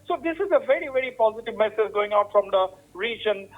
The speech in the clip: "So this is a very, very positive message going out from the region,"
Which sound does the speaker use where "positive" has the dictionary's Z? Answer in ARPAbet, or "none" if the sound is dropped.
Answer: Z